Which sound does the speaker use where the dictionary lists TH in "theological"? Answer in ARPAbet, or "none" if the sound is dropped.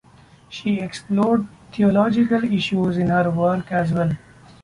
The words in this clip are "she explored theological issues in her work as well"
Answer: T